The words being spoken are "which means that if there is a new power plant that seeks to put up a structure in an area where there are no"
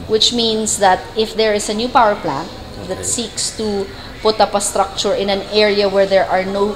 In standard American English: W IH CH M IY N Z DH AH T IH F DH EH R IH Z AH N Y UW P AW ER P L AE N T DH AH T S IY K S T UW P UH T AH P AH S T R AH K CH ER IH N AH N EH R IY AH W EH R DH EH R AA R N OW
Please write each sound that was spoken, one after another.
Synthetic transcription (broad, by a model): W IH CH M IY N S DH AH T IH F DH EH R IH S AH N Y UW P AW ER P L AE N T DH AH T S IY K S T UW P UH T AH P AH S T R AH K CH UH IH N AH N EH R IY AH W EH R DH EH R AA R N OW